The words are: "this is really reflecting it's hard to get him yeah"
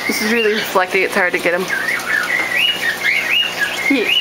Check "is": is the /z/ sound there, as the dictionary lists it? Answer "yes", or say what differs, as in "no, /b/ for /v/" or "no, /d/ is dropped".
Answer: yes